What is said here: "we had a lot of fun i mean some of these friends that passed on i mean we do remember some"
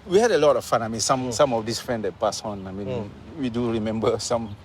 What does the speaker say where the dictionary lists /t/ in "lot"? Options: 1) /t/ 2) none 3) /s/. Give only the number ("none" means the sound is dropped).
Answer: 1